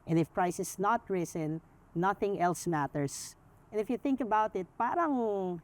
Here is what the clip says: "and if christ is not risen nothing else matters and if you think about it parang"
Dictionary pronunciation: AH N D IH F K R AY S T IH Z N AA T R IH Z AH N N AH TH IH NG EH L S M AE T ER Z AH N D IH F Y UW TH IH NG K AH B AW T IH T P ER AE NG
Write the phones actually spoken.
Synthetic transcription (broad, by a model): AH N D IH F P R AY S IH S N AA T R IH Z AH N N AH TH IH NG EH L S M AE T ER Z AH N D IH F Y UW TH IH NG K AH B AW T IH T P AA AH NG